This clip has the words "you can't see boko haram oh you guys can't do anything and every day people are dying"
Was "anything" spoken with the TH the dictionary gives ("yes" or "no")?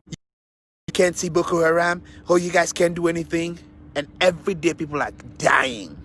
yes